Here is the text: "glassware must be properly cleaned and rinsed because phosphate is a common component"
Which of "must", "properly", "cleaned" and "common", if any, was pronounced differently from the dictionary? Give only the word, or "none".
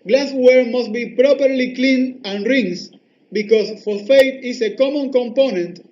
cleaned